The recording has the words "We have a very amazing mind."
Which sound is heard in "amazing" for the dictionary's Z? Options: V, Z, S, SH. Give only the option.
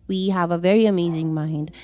Z